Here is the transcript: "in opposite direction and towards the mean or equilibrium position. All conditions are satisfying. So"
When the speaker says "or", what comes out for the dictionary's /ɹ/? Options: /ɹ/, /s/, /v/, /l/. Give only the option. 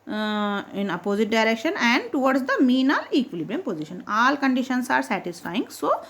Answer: /l/